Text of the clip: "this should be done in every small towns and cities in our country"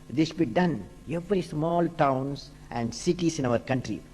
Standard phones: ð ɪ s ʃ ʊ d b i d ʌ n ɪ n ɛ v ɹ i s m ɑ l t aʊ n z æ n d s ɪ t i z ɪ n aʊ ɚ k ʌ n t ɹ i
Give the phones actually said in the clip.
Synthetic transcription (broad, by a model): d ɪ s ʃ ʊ b i d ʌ n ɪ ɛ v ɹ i s m ɑ l t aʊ n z æ n d s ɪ t i s ɪ n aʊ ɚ k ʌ n t ɹ i